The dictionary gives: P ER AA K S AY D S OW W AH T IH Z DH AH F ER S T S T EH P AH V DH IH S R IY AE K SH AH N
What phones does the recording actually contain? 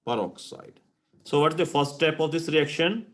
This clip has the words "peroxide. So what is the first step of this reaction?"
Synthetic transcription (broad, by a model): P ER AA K S AY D S OW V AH T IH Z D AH F ER S T T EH P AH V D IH S R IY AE K SH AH N